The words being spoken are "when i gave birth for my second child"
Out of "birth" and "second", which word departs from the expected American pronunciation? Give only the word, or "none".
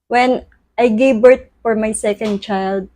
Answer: birth